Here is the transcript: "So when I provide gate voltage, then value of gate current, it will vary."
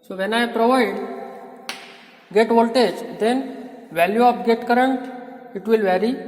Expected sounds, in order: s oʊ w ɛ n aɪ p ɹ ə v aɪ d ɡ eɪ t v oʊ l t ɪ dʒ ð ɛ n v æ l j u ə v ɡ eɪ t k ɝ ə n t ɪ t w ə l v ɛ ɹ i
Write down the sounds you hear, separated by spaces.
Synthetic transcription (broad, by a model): s oʊ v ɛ n aɪ p ɹ ə v aɪ d ɡ eɪ t v oʊ l t ɪ dʒ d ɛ n v æ l j u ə p ɡ eɪ t k ɝ ə n t ɪ t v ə l v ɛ ɹ i